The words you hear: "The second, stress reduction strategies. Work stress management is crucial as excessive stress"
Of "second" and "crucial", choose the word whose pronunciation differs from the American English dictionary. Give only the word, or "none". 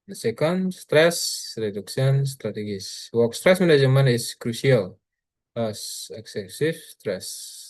crucial